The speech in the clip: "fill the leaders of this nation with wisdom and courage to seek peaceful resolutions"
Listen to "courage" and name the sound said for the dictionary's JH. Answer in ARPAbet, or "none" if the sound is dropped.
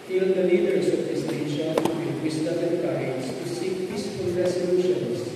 Z